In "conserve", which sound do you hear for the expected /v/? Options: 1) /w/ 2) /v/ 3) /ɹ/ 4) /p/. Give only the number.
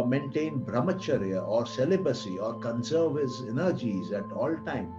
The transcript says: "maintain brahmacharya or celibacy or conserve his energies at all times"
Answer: 2